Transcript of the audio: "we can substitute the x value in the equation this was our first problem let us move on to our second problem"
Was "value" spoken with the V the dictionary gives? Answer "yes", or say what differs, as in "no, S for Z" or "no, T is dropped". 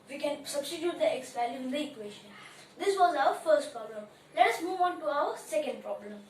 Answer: no, P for V